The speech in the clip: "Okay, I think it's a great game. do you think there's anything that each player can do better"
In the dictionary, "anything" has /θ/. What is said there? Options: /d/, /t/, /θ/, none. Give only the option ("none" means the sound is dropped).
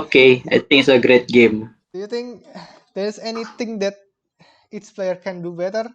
/t/